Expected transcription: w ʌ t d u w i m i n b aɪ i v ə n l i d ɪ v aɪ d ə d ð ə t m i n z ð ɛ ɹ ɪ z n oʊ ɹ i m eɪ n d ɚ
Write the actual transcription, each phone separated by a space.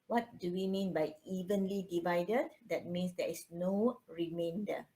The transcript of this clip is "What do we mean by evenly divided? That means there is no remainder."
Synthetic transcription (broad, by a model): w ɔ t d u w i m i n b aɪ i v ə n l i d ɪ v aɪ d ə d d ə t m i n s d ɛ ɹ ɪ s n oʊ ɹ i m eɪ n d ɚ